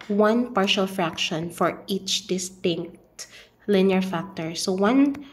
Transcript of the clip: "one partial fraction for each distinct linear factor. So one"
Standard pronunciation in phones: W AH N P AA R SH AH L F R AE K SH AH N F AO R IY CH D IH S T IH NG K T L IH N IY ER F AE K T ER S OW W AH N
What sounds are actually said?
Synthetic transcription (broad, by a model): W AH N P AA R SH AH L F R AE K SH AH N F AO R IY CH D IH S T IH NG K T L IH N IY ER F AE K T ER S OW W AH N